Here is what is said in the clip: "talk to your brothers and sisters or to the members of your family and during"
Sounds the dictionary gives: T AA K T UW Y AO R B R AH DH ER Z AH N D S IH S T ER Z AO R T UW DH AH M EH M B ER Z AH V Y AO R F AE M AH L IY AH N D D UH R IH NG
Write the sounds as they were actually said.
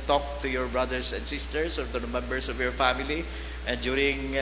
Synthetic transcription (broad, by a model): T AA K T UW Y AO R B R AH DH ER S AH N D S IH S T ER S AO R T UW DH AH M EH M B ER S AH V Y AO R F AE M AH L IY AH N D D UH R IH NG